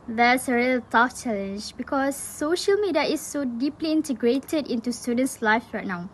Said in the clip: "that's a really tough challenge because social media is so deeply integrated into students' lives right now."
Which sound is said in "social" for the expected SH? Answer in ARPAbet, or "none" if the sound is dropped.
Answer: SH